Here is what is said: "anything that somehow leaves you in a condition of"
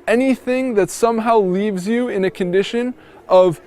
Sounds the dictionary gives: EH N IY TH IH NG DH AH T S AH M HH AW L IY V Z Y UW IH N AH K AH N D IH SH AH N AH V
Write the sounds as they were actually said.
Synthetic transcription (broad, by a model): EH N IY TH IH NG DH AH T S AH M HH AW L IY V Z Y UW IH N AH K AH N D IH SH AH N AH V